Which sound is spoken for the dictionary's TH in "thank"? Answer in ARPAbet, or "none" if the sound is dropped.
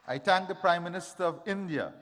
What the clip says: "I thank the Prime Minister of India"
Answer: T